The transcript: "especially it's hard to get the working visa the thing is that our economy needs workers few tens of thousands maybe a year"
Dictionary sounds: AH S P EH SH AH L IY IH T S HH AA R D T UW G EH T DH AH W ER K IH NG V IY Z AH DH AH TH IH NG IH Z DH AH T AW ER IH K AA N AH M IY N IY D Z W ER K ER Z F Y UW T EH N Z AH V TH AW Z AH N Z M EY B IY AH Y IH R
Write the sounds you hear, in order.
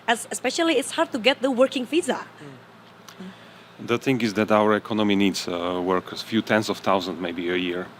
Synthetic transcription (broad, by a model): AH S P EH SH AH L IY IH T S HH AA R D T UW G EH T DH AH W ER K IH NG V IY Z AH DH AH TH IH NG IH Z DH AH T AW ER IH K AA N AH M IY N IY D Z W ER K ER F Y UW T EH N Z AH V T AW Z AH N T M EY B IY AH Y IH R